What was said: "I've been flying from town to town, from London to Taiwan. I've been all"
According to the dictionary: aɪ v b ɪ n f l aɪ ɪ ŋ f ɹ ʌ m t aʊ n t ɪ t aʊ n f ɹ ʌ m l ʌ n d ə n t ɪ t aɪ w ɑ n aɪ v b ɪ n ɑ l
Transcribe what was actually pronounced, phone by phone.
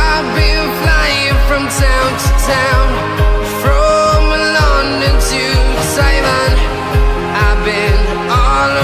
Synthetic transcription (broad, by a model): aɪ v b ɪ n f l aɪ ɪ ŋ f ɹ ʌ m t aʊ n t ɪ t aʊ n f ɹ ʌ m l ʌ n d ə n t ɪ s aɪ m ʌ n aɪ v b ɪ n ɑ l